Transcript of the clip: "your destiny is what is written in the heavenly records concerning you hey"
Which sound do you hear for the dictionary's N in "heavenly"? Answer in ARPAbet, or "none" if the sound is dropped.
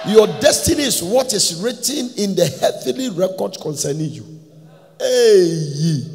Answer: none